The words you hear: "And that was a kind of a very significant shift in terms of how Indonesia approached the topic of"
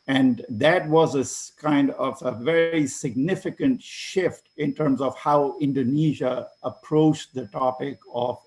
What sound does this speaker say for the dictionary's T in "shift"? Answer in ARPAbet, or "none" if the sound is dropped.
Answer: T